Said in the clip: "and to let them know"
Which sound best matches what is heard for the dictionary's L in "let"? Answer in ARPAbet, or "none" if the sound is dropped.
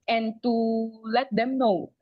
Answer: L